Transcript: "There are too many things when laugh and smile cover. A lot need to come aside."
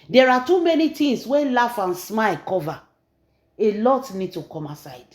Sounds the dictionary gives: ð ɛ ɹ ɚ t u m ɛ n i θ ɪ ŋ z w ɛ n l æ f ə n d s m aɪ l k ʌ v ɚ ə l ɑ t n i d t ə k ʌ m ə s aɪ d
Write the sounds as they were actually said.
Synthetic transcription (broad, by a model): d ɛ ɹ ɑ t u m ɛ n i t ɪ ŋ s w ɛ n l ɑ f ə n s m aɪ l k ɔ v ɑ ə l ɑ t n i d t ə k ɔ m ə s aɪ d